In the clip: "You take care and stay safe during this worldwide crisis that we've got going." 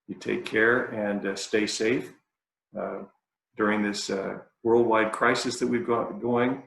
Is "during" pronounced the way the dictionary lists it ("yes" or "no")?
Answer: yes